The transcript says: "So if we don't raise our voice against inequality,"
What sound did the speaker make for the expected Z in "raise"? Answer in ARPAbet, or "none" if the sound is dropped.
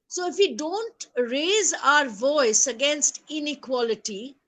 Z